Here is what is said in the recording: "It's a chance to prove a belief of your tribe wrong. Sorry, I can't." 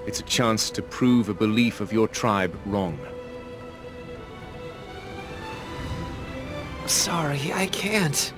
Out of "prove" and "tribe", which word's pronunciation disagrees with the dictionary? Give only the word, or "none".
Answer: none